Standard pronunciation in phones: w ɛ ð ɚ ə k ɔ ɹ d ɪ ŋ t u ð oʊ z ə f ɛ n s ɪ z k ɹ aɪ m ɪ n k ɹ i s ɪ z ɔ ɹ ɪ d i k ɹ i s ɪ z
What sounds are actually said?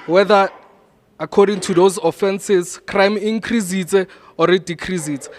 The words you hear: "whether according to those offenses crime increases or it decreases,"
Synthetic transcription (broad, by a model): w ɛ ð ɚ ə k ɔ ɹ d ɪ ŋ t u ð oʊ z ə f ɛ n s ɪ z k ɹ aɪ m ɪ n k ɹ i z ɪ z ɔ ɹ ɪ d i k ɹ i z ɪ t